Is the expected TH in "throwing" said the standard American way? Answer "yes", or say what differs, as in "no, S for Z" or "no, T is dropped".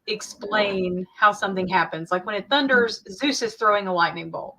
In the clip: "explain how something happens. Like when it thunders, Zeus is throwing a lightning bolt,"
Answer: yes